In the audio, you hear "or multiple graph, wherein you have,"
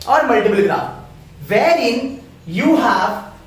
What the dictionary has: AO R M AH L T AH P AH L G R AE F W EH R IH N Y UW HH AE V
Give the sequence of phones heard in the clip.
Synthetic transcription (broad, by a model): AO R M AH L T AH B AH L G R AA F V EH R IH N Y UW HH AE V